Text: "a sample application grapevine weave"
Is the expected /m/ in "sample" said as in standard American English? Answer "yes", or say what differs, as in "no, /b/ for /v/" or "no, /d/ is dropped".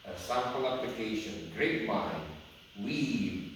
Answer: no, /m/ is dropped